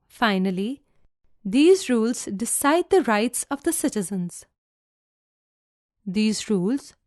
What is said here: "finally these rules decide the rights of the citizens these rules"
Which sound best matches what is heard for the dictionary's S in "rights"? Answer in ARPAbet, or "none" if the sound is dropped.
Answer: S